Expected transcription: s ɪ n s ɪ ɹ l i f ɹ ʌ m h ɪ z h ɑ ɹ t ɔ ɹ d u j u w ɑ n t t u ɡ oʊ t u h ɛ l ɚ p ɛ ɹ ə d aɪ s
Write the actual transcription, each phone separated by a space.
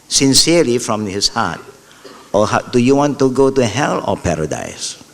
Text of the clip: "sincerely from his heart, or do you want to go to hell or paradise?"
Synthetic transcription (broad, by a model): s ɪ n s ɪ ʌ l i f ɹ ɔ m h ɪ s h ɑ t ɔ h d u j u w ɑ n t t u ɡ oʊ t u h ɛ l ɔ p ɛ ɹ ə d aɪ s